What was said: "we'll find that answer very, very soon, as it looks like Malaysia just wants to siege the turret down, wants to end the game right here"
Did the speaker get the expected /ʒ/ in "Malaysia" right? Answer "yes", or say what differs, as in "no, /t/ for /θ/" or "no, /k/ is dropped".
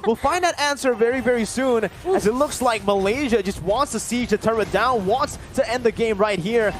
yes